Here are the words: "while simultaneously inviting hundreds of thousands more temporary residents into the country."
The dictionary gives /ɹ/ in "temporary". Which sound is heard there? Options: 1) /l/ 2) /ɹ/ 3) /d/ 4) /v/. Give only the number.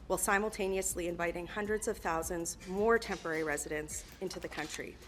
2